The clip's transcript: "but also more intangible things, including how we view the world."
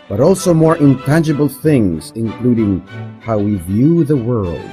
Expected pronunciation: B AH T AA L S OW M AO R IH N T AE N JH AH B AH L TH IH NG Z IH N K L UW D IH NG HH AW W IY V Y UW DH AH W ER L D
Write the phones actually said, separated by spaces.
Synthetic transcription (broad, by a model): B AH T AA L S OW M AO R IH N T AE N JH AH B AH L TH IH NG Z IH N K L UW D IH NG HH AW W IY V Y UW DH AH W ER L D